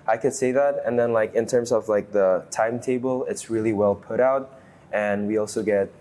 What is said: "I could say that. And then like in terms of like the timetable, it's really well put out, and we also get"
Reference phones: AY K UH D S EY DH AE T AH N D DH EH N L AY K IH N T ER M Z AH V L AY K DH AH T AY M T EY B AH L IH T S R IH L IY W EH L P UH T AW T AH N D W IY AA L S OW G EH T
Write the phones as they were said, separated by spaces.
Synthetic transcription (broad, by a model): AY K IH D S EY DH AE T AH N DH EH N L AY K IH N T ER M Z AH V L AY K DH AH T AY M T EY B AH L IH T S R IH L IY W EH L P UH T AW T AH N W IY AA L S OW G EH T